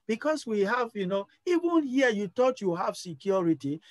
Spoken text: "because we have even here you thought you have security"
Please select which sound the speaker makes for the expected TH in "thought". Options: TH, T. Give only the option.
T